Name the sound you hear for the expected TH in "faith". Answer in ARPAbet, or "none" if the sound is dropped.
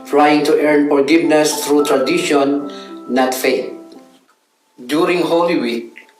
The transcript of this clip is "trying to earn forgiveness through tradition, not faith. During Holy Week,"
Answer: T